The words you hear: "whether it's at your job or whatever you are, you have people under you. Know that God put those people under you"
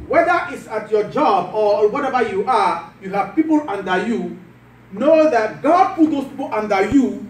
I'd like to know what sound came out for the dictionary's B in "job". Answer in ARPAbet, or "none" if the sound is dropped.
B